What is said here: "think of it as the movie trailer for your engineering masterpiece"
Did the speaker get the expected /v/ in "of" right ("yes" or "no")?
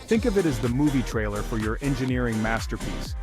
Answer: yes